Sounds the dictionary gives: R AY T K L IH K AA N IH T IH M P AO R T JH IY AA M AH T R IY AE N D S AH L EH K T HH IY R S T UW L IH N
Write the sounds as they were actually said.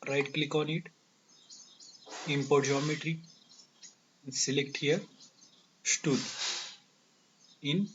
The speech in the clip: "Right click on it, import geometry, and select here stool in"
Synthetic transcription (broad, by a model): R AY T K L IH K AA N IH T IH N P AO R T JH IY AA M AH T R IY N S AH L EH K T HH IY R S T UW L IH N